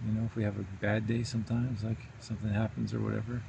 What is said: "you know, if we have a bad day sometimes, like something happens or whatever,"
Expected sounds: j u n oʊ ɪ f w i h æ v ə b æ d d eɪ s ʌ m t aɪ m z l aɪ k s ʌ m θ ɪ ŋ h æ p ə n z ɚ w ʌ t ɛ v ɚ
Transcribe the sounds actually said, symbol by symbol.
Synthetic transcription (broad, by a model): j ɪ n oʊ ɪ f w i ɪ v ə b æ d d eɪ s ʌ m t aɪ m z l aɪ k s ʌ m θ ɪ ŋ h æ p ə n z ɚ w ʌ t ɛ v ɚ